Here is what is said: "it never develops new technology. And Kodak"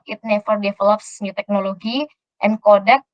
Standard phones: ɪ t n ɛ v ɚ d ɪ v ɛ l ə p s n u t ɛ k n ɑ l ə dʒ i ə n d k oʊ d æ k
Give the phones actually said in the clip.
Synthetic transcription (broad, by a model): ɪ t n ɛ f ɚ d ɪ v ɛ l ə p s n u t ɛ k n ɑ l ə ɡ i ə n k oʊ d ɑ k